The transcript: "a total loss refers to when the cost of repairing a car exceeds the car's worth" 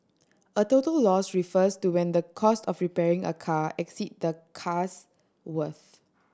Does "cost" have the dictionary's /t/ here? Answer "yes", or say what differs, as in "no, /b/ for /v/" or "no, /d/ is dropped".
yes